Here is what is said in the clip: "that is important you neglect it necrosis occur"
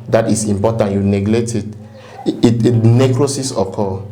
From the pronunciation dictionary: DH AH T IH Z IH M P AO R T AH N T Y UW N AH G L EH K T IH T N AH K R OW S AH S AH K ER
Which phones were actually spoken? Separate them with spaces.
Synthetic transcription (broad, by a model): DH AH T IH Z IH M P AO T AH N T Y UW N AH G L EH T IH T N AH K R OW S AH S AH K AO